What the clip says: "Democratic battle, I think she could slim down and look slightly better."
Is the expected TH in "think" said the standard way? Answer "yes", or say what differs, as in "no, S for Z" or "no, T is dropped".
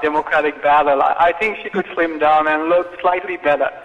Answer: yes